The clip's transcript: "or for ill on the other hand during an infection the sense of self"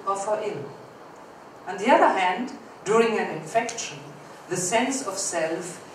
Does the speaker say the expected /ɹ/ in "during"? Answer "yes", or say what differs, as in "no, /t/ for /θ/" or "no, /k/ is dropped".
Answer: yes